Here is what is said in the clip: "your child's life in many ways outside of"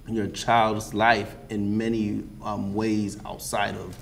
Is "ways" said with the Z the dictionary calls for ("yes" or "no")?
yes